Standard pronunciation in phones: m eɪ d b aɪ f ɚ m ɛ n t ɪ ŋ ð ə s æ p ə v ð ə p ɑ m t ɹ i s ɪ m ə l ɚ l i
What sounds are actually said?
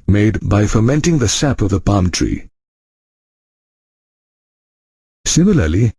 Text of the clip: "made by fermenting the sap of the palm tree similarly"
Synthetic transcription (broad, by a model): m eɪ d b aɪ f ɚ m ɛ n t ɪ ŋ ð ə s æ p ə v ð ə p ɑ m t ɹ i s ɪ m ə l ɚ l i